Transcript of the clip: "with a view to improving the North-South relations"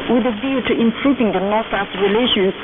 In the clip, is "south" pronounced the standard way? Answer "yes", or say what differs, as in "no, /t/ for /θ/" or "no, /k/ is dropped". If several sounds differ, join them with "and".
no, /s/ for /θ/